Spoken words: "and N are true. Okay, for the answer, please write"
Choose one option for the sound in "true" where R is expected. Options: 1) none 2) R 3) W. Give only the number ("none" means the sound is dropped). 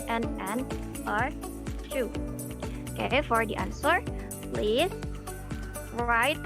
1